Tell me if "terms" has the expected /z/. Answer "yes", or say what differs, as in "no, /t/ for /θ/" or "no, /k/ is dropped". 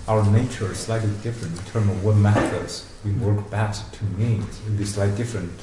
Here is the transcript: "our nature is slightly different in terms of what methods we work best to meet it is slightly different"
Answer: no, /z/ is dropped